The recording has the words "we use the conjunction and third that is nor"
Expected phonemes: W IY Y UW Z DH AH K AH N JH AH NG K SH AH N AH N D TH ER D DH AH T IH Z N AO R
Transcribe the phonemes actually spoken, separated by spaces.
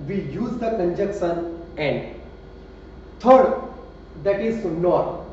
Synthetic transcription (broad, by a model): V IY Y UW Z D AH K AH N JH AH K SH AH N AH N D T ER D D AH T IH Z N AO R